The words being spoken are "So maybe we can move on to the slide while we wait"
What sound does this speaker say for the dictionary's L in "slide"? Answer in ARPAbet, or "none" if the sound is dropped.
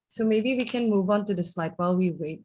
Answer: L